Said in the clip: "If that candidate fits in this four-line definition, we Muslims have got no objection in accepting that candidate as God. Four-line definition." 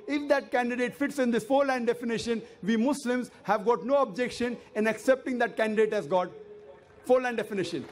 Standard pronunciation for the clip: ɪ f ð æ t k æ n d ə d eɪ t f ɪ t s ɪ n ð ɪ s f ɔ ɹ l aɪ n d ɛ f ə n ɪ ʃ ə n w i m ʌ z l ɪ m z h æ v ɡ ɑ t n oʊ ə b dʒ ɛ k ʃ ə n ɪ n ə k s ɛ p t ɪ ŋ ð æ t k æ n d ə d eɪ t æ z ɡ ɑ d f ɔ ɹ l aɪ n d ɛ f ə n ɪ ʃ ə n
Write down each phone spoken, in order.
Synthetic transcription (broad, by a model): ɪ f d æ t k æ n d ə d eɪ t f ɪ t s ɪ n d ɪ s f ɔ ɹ l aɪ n d ɛ f ə n ɪ ʃ ə n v i m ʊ s l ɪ m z h æ v ɡ ɑ t n oʊ ə b dʒ ɛ k ʃ ə n ɪ n ə k s ɛ p t ɪ ŋ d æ t k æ n d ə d eɪ t æ z ɡ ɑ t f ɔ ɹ l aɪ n d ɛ f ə n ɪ ʃ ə n